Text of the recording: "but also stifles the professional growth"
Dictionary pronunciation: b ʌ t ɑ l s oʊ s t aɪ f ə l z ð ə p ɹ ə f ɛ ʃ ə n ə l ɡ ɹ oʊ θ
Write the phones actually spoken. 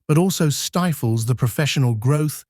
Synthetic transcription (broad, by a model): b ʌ t ɑ l s oʊ s t aɪ f ə l z ð ə p ɹ ə f ɛ ʃ ə n ə l ɡ ɹ oʊ θ